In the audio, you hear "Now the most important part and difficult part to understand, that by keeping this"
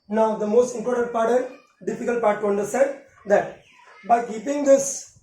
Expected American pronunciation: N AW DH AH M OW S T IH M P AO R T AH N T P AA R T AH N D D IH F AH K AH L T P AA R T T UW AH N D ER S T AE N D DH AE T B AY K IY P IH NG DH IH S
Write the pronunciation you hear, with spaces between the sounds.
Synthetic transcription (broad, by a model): N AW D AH M OW S T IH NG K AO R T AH T P AA R T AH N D D IH F AH K AH L T P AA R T T UW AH N D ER S T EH N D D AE T B AY K IY P IH NG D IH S